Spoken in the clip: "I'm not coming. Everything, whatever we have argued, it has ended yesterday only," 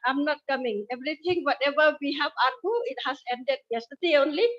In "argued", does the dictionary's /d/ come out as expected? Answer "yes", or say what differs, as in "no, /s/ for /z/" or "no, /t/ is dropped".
no, /d/ is dropped